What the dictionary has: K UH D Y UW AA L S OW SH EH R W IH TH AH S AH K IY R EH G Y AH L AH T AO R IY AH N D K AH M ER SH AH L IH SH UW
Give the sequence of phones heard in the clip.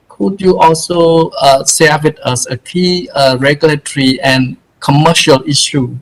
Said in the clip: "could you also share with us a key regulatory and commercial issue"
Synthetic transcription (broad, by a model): K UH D Y UW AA L S OW S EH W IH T AH S AH K IY R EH G Y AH L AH T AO R IY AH N K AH M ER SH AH L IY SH UW